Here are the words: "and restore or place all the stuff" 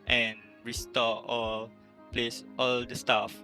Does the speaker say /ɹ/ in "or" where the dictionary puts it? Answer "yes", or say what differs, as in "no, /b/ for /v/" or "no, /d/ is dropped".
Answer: no, /l/ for /ɹ/